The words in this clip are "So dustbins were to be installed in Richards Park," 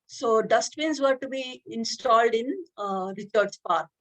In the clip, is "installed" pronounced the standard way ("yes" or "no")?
yes